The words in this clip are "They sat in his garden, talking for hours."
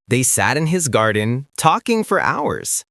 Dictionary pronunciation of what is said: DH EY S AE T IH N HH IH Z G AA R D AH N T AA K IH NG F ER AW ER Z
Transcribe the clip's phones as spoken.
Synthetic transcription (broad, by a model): DH EY S AE T IH N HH IH Z G AA R D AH N T AA K IH NG F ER AW ER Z